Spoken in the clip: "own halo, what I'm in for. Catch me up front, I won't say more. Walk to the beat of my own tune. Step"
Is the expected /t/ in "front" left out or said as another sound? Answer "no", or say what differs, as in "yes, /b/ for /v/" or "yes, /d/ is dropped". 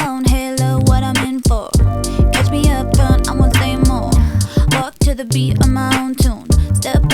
yes, /t/ is dropped